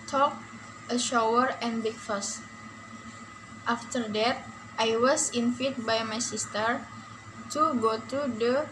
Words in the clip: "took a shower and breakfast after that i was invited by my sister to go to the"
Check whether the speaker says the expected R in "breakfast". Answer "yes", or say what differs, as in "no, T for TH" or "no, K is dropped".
no, R is dropped